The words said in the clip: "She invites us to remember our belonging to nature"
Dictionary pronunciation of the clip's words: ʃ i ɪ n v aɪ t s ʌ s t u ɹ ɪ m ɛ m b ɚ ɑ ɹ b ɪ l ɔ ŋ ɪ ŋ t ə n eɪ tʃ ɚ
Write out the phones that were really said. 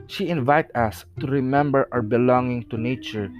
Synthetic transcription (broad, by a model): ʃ i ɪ n v aɪ t ʌ s t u ɹ ɪ m ɛ m b ɚ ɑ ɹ b ɪ l ɔ ŋ ɪ ŋ t ə n eɪ tʃ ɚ